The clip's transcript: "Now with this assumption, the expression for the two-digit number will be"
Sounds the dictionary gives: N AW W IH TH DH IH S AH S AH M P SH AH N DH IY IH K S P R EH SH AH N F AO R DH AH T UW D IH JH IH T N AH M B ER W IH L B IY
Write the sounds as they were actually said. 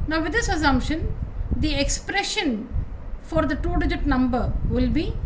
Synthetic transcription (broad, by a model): N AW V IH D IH S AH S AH M P SH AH N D IY IH K S P R EH SH AH N F AO R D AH T UW D IH JH IH T N AH M B ER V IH L B IY